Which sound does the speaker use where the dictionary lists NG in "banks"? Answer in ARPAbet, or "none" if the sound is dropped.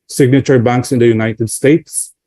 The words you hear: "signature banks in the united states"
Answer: NG